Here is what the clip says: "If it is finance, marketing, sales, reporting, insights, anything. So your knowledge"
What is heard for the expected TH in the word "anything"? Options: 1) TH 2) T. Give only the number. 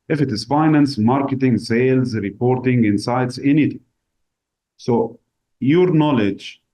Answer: 2